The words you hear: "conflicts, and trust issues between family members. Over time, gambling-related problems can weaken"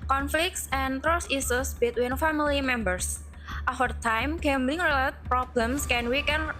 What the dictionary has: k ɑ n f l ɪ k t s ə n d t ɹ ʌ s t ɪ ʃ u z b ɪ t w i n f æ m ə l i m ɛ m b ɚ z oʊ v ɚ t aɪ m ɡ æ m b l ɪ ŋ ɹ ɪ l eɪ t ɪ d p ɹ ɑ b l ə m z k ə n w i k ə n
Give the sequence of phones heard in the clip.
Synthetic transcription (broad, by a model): k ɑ n f l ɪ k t s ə n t ɹ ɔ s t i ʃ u s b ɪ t w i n f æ m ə l i m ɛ m b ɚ s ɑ f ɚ t aɪ m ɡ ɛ m b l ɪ ŋ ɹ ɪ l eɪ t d p ɹ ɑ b l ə m s k ə n w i k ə n